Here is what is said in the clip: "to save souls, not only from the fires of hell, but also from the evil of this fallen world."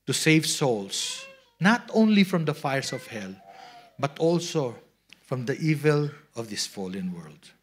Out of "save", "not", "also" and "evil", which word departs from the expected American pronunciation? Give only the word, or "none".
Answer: none